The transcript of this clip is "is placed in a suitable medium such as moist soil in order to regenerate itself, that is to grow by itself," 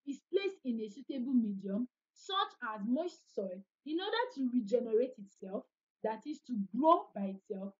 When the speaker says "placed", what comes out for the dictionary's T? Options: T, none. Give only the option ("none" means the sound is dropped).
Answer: none